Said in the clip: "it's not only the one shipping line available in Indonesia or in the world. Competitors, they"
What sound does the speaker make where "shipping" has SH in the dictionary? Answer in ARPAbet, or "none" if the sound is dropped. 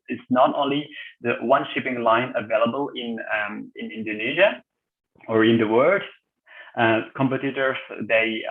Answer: SH